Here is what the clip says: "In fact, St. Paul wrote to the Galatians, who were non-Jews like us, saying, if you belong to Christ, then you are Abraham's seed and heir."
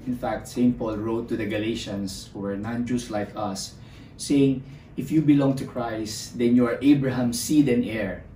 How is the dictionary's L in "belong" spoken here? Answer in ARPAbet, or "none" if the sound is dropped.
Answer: L